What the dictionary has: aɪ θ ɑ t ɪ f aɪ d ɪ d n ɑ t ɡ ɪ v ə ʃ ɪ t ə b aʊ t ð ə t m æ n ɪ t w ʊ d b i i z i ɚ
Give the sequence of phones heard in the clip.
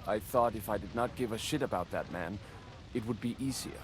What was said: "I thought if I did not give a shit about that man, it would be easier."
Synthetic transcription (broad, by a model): aɪ θ ɑ t ɪ f aɪ d ɪ d n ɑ t ɡ ɪ v ə ʃ ɪ t ə b aʊ t ð ə t m æ n ɪ t w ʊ d b i i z i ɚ